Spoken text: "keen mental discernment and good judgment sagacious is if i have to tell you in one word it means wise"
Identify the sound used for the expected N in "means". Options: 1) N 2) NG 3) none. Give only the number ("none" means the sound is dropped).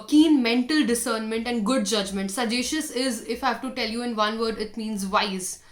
1